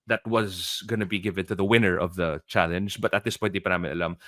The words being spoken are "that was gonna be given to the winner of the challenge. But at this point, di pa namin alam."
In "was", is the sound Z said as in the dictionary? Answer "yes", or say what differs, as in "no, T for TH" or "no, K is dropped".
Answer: yes